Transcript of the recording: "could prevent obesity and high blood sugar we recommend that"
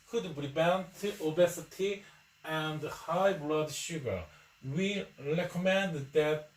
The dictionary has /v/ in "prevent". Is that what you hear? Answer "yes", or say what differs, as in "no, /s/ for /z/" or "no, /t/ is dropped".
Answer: no, /v/ is dropped